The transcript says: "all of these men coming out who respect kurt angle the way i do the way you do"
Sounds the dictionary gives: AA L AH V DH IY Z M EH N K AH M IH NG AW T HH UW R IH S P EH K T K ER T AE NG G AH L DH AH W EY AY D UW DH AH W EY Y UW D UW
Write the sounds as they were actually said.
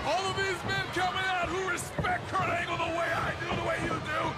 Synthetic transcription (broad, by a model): AA L AH V DH IY Z M EH N K AH M IH NG AW T HH UW R IH S P EH K T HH ER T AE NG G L DH AH W EY AY D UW DH AH W EY Y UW D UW